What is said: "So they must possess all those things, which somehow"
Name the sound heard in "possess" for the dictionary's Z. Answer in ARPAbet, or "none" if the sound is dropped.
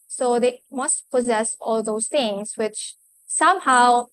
Z